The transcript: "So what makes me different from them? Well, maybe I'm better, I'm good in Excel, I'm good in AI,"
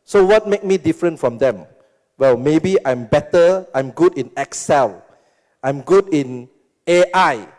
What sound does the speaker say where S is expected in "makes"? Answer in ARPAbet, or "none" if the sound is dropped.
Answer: none